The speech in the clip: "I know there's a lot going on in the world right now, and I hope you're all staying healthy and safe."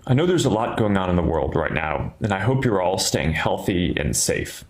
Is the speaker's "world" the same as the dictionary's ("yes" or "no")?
yes